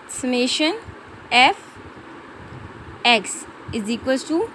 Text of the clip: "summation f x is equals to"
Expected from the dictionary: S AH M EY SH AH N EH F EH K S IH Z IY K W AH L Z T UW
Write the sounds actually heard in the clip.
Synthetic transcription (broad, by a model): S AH M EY SH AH N EH F EH K S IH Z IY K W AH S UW